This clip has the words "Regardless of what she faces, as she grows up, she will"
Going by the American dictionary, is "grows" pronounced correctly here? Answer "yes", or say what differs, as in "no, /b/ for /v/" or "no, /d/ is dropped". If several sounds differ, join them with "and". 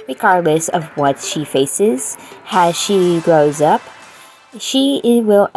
yes